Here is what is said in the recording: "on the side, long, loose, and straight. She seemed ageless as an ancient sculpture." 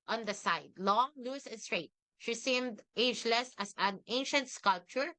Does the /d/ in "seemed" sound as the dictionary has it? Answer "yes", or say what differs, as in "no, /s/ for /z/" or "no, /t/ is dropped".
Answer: yes